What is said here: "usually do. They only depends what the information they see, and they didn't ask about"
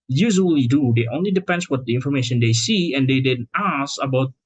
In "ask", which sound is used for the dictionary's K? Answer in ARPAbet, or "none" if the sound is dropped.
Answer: none